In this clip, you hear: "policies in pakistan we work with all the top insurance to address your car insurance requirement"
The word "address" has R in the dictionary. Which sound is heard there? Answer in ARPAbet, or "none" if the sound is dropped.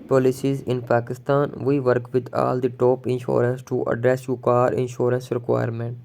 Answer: R